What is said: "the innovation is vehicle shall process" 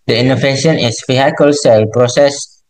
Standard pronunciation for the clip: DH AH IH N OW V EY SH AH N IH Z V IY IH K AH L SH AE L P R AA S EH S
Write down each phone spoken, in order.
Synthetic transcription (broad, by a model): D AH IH N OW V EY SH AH N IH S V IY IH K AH L S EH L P R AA S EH S